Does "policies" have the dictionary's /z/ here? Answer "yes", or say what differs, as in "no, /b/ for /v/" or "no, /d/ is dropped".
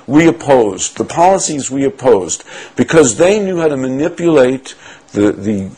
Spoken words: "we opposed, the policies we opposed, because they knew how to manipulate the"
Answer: yes